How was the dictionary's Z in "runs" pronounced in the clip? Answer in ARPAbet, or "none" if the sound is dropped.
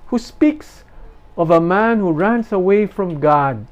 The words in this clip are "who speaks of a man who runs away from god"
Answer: S